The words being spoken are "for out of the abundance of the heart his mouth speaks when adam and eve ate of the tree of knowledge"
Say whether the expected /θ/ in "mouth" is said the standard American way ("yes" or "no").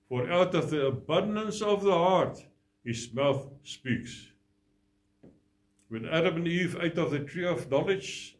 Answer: yes